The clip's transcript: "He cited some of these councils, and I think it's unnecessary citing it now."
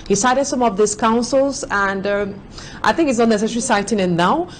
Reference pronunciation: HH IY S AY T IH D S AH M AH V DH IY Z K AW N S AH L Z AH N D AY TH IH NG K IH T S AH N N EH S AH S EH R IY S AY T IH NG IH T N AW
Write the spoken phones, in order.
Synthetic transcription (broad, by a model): HH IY S AY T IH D S AH M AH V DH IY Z K AW N S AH L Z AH N D AY TH IH NG K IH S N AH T N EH S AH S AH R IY S AY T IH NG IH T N AW